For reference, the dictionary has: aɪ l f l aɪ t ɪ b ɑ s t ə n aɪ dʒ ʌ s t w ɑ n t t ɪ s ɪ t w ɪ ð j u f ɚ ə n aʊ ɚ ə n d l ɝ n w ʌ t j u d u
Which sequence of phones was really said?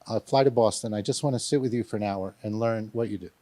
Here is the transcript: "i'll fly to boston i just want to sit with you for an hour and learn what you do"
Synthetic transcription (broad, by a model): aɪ f l aɪ t ɪ b ɑ s t ə n aɪ dʒ ʌ s t w ɑ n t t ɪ s ɪ t w ɪ ð j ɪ f ɚ ə n aʊ ɚ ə n l ɝ n w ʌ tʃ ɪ d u